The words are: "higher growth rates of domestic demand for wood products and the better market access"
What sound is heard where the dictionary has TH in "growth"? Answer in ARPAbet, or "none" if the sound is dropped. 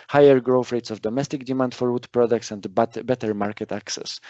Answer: F